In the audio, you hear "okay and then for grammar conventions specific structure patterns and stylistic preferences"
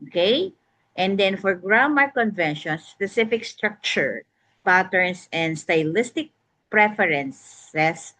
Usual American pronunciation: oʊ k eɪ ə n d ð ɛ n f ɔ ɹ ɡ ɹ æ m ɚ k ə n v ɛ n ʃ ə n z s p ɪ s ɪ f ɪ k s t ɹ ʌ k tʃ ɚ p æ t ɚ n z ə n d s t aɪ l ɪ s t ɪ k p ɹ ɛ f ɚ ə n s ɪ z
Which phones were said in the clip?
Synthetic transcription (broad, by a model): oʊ k eɪ ə n d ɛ n f ɔ ɹ ɡ ɹ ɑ m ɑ k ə n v ɛ n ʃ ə n s p ɪ s ɪ f ɪ k s t ɹ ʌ k tʃ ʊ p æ t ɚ n s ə n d s t aɪ l ɪ s t ɪ k p ɹ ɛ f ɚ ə n s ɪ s